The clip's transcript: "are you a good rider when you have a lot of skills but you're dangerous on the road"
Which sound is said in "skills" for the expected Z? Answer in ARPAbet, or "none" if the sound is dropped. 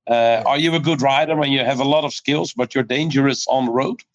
Z